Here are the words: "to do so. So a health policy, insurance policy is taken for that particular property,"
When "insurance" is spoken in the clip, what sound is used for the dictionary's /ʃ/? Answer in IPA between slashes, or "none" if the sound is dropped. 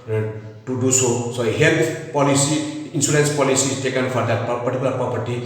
/s/